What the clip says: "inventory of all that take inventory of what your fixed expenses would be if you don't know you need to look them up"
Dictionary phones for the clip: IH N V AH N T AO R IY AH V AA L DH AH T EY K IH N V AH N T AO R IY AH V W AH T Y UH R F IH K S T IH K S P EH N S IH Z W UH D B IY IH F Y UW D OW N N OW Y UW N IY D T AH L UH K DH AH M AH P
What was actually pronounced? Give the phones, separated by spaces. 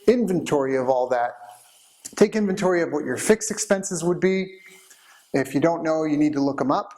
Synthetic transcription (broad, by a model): IH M V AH N T AO R IY AH V AA L DH AH T EY K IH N V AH N T AO R IY AH V W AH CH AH R F IH K S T IH K S P EH N S IH Z W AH D B IY IH F Y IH D OW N N OW Y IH N IY D T AH L UH K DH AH M AH P